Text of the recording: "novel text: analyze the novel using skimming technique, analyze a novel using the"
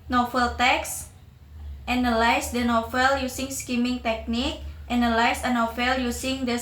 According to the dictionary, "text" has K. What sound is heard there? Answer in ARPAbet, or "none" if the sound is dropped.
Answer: K